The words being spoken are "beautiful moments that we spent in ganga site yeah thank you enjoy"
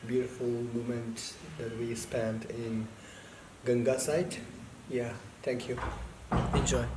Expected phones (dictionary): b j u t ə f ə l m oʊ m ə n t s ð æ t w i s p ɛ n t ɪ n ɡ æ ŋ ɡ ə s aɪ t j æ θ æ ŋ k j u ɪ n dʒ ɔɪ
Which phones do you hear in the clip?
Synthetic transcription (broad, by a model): b j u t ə f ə l m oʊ m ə n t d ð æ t w i s p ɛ n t ɪ n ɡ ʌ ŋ ɡ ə s aɪ t j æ t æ ŋ k j u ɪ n dʒ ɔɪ